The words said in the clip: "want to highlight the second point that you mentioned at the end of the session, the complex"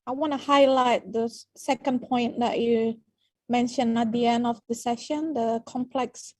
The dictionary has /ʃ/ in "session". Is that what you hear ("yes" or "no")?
yes